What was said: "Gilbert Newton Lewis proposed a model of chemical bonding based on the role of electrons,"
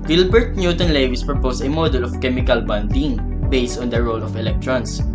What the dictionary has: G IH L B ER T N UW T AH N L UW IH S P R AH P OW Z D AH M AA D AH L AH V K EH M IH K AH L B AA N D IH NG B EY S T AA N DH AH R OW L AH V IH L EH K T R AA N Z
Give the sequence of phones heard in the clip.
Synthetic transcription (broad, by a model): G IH L B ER T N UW T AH N L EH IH S P R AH P OW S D AH M AA D AH L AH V K EH M IH K AH L B AA N D IH NG B EY S T AA N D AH R OW L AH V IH L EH K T R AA N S